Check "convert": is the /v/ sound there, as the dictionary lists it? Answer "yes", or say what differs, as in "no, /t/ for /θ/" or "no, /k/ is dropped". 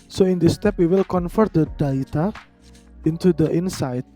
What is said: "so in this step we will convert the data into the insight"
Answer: no, /f/ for /v/